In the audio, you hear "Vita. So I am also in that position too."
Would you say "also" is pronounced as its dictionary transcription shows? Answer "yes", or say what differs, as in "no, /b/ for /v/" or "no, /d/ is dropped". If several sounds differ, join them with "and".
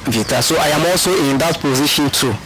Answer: yes